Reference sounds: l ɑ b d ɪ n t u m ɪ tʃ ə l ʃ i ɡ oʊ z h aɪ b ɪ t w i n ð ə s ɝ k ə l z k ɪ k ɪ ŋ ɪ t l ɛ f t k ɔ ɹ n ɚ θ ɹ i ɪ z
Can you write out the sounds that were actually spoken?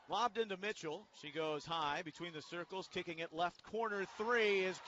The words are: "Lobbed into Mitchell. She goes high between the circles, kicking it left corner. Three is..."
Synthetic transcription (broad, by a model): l ɑ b d ɪ n t u m ɪ tʃ l ʃ i ɡ oʊ z h aɪ b ɪ t w i n ð ə s ɝ k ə l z k ɪ k ɪ ŋ ɪ t l ɛ f t k ɔ ɹ n ɚ θ ɹ i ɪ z